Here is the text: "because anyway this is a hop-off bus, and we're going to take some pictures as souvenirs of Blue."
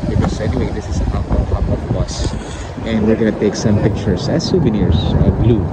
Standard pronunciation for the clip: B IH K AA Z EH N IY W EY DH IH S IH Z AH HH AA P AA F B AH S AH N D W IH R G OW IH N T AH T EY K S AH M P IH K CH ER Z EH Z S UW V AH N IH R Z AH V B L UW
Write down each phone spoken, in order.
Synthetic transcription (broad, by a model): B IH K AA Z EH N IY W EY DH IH S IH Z AH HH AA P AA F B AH S AH N D W IH R G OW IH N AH T EY K S AH M P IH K CH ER S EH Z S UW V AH N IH R S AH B L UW